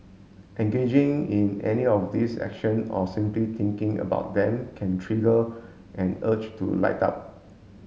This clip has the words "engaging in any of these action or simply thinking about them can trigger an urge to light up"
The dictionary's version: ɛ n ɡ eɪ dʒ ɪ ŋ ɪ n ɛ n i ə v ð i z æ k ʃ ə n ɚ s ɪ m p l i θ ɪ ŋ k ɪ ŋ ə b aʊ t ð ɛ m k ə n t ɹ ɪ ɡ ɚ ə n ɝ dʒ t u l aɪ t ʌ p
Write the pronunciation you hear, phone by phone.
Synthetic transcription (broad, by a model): ɛ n ɡ eɪ dʒ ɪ ŋ ɪ n ɛ n i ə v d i s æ k ʃ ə n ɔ s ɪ m p l i t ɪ ŋ k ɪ ŋ ə b aʊ t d ɛ m k ə n t ɹ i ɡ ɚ ə n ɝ tʃ t u l aɪ t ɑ p